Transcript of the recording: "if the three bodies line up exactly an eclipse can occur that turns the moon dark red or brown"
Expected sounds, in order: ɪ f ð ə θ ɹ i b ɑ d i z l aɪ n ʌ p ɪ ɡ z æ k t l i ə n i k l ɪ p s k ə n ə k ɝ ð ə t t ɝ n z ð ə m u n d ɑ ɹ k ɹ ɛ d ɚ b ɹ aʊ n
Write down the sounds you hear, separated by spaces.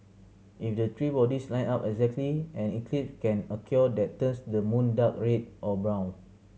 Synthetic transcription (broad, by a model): ɪ f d ə t ɹ i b ɑ d i s l aɪ n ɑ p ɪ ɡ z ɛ k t l i ə n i k l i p k ə n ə k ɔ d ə t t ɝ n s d ə m u n d ɑ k ɹ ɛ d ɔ b ɹ aʊ n